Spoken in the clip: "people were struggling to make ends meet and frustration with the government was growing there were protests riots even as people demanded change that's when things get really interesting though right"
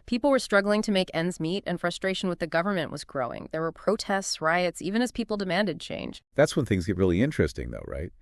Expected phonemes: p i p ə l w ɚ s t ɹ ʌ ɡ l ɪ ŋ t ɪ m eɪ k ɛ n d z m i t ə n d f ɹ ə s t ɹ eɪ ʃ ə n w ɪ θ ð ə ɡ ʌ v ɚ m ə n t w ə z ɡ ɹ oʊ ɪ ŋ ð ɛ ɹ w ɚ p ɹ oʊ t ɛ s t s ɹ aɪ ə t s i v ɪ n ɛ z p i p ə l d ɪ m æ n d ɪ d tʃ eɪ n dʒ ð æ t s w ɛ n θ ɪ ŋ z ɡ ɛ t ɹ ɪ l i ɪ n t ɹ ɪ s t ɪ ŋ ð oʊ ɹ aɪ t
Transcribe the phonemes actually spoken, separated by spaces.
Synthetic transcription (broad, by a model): p i p l w ɚ s t ɹ ʌ ɡ l ɪ ŋ t ɪ m eɪ k ɛ n d z m i t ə n f ɹ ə s t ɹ eɪ ʃ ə n w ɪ ð ə ɡ ʌ v ɚ m ə n t w ə z ɡ ɹ oʊ ɪ ŋ ð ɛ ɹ w ɚ p ɹ oʊ t ɛ s t s ɹ aɪ ə t s i v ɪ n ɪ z p i p l d ɪ m æ n d ɪ d tʃ eɪ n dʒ ð æ t s w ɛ n θ ɪ ŋ z ɡ ɛ t ɹ ɪ l i ɪ n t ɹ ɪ s t ɪ ŋ ð oʊ ɹ aɪ t